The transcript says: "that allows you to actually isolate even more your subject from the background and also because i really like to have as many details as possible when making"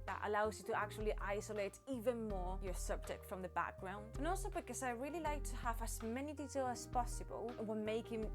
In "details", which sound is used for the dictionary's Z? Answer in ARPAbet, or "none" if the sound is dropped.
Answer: none